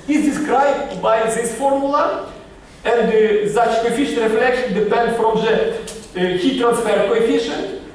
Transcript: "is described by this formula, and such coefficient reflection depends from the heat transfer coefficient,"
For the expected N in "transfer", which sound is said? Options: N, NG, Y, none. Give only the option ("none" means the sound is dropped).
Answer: N